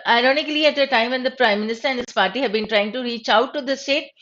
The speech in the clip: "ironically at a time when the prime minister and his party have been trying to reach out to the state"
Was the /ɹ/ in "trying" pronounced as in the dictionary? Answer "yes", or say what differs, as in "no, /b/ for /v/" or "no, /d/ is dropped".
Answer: yes